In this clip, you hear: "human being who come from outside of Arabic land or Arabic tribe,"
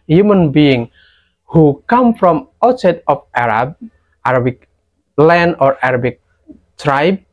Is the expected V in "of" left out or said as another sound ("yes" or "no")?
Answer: yes